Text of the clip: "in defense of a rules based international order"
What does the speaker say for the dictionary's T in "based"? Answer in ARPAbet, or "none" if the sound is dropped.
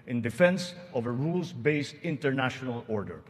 T